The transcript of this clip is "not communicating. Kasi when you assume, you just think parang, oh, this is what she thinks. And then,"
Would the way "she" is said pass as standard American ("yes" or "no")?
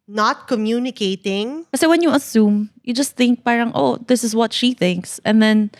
yes